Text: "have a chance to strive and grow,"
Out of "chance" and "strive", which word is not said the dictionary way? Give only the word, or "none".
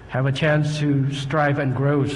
none